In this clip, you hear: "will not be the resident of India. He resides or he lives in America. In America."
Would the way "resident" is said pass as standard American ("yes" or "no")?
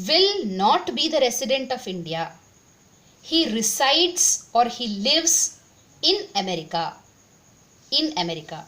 no